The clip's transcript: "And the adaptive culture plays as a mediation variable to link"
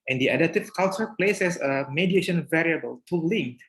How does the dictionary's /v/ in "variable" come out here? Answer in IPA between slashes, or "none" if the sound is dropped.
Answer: /v/